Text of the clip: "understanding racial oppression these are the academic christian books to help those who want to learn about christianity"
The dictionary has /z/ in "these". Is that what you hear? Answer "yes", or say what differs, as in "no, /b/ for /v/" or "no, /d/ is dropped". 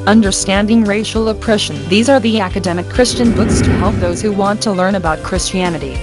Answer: yes